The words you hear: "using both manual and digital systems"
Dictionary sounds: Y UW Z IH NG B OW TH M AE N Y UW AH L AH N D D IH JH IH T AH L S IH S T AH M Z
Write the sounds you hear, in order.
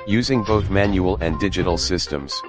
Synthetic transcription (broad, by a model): Y UW Z IH NG B OW TH M AE N Y UW AH L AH N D D IH JH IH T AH L S IH S T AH M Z